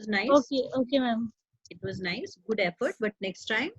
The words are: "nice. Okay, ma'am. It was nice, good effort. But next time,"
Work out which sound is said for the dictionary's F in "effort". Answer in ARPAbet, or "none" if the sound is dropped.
F